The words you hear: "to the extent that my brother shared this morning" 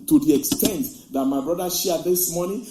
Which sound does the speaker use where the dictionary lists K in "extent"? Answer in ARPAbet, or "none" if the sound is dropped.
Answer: K